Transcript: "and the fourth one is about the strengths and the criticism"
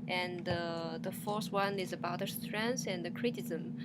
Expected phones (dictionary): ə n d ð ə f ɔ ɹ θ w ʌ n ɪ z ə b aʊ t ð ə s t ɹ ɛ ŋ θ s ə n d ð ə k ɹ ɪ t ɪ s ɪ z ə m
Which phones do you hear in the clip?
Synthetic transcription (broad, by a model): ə n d ð ə f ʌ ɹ s w ʌ n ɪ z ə b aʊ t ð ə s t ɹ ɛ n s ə n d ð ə k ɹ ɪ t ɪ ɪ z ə m